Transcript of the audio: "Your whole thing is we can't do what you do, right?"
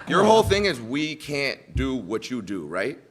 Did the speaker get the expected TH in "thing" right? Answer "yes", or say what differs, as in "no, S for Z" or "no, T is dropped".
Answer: yes